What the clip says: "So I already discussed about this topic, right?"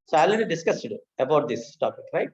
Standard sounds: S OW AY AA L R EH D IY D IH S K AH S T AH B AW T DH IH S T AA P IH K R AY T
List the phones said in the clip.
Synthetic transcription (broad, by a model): S OW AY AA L EH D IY D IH S K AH S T AH B AW T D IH S T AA P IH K R AY T